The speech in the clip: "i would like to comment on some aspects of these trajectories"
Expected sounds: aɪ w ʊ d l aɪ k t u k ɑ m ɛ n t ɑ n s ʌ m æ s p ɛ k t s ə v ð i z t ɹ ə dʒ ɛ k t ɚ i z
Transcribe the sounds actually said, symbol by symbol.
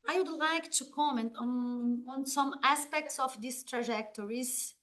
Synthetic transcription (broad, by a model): aɪ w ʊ d l aɪ k t u k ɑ m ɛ n t ɑ n s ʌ m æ s p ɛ k t s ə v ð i s t ɹ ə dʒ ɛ k t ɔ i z